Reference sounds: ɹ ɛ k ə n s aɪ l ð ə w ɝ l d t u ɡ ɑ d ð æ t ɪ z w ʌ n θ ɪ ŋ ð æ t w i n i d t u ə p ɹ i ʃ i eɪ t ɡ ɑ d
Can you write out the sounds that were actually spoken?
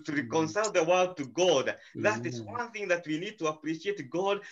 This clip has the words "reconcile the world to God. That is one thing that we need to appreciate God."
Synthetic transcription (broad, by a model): ɹ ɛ k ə n s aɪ l ð ə w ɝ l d t u ɡ ɑ d ð æ t ɪ z w ʌ n θ ɪ ŋ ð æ t w i n i d t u ə p ɹ i ʃ i eɪ t ɡ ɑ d